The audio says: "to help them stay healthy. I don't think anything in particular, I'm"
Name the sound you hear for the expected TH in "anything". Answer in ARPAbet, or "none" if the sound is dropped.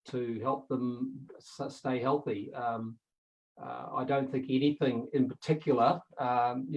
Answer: TH